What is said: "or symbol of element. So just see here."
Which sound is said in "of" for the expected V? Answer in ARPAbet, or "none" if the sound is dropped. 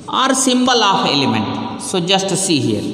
P